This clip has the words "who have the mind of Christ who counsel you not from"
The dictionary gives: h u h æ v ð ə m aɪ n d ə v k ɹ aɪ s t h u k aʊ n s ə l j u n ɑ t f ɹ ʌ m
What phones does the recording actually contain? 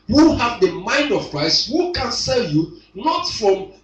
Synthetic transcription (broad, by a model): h u h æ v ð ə m aɪ n d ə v k ɹ aɪ s t h u k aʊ n s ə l j u n ɑ t f ɹ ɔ m